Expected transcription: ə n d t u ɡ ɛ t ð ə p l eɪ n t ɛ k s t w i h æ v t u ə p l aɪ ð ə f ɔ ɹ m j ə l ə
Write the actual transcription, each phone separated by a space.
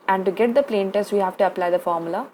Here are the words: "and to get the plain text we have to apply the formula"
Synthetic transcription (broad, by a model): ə n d t u ɡ ɛ t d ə p l eɪ n t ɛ s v i h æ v t u ə p l aɪ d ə f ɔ ɹ m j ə l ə